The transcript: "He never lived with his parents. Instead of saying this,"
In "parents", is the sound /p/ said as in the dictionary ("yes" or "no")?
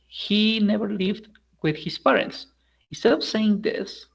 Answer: yes